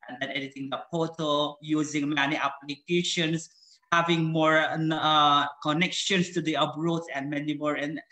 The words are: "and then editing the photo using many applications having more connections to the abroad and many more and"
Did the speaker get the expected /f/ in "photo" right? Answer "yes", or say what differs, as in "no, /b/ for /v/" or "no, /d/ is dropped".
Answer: no, /p/ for /f/